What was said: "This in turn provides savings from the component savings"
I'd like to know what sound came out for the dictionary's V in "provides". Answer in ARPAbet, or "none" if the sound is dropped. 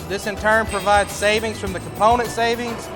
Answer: V